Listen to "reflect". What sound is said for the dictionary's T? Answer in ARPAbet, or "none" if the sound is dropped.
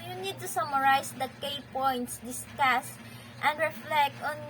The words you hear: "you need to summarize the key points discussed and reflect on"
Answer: T